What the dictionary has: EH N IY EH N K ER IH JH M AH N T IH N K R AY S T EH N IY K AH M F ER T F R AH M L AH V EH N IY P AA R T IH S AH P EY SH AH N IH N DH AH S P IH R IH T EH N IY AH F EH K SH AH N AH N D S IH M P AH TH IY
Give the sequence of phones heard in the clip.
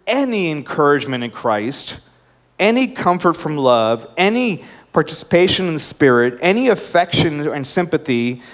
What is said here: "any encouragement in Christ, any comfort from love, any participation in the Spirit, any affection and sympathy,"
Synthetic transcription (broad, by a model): EH N IY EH N K ER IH JH M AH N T IH N K R AY S T EH N IY K AH M F ER T F R AH M L AH V EH N IY P AA R T IH S AH P EY SH AH N IH N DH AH S P IH R IH T EH N IY AH F EH K SH AH N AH N S IH M P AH TH IY